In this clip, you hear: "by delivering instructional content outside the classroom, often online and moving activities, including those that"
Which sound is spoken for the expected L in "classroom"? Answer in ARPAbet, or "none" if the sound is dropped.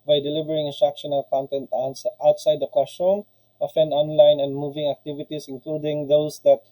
W